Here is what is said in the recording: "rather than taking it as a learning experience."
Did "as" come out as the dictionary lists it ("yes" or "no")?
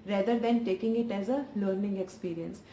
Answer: yes